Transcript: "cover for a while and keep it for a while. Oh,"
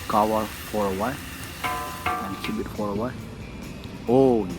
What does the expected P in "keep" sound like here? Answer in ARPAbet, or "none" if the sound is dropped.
B